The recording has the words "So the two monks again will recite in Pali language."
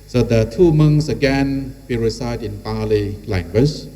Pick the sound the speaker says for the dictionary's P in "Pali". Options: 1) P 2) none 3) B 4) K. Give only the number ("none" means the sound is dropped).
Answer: 1